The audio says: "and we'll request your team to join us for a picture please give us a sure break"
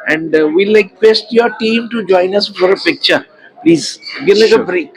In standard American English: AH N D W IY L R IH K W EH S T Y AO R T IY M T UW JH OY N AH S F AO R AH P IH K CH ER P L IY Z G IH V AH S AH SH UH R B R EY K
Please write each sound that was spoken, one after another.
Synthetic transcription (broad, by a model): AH N D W IY L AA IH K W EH S T Y AO R T IY M T UW JH OY N AH S F AO R AH P IH K CH ER P L IY Z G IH AH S AH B R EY K